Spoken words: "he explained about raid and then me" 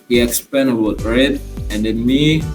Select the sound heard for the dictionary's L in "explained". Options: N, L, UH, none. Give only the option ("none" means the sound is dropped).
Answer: none